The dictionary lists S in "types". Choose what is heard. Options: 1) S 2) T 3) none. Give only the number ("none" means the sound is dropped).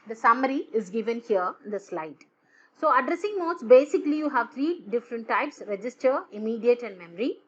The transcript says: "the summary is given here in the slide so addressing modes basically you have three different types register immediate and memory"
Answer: 1